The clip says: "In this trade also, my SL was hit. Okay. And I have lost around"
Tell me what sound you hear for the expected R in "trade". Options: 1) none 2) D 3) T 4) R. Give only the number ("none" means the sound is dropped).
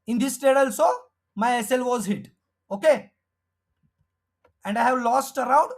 1